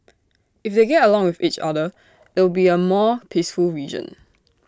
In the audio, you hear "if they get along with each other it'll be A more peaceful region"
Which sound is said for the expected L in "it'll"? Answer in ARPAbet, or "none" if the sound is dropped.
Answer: W